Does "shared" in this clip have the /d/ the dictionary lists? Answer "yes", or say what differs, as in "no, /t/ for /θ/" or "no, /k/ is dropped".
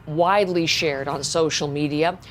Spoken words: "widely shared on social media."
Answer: yes